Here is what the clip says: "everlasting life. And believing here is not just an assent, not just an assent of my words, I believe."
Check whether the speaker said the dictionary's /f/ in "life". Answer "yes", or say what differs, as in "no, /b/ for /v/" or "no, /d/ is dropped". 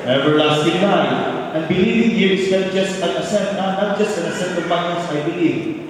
no, /f/ is dropped